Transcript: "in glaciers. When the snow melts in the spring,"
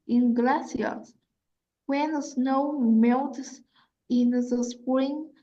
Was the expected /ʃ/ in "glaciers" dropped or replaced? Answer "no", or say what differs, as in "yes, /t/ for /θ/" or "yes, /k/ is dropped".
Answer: yes, /s/ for /ʃ/